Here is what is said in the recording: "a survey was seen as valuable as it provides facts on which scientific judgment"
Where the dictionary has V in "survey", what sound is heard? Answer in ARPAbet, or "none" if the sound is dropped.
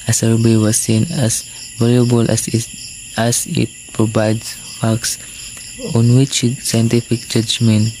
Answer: B